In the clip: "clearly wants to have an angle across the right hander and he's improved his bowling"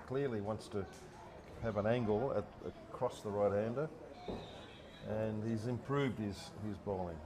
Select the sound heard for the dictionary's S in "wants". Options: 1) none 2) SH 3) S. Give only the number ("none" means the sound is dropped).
3